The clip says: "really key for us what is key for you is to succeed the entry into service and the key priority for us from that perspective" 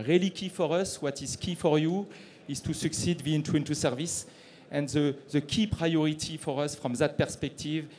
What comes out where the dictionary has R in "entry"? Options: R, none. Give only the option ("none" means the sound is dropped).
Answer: none